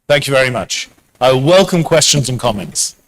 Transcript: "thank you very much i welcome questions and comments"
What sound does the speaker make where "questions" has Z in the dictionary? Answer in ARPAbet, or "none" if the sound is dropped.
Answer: Z